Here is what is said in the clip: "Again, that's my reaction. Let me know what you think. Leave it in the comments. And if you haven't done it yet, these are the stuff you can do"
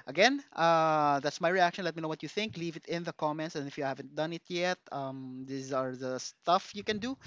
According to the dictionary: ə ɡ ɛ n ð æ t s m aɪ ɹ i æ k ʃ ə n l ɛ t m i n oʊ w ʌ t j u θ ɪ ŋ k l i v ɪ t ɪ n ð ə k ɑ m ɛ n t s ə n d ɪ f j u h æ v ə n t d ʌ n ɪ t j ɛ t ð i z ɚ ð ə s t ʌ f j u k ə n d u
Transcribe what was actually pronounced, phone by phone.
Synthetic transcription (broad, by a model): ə ɡ ɛ n ð æ t s m aɪ ɹ i æ k ʃ ə n l ɛ t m i n oʊ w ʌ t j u θ ɪ ŋ k l i v ɪ t ɪ n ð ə k ɑ m ɛ n t s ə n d ɪ f j u h æ v ə n t d ʌ n ɪ t j ɛ t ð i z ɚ ð ə s t ʌ f j u k ə n d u